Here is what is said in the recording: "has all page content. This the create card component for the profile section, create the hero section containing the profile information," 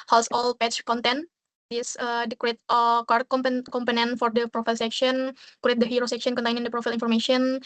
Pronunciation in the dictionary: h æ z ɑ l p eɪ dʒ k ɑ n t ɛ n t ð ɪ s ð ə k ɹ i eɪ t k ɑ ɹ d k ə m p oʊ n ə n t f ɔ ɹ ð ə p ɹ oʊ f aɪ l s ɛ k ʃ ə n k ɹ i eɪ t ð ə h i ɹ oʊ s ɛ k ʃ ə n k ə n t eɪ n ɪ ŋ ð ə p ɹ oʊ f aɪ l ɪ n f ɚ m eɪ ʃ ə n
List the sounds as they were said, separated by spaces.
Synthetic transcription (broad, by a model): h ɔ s ɑ l p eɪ tʃ k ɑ n t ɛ n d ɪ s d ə k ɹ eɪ t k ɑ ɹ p k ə m p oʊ n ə n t f ɔ ɹ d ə p ɹ oʊ f aɪ l s ɛ k ʃ ə n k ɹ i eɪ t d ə h i ɹ oʊ s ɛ k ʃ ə n k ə n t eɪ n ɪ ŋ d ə p ɹ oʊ f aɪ l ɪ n f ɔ m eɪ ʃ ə n